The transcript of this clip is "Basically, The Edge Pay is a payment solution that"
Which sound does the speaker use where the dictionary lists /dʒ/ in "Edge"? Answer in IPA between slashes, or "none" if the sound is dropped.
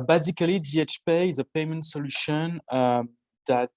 /tʃ/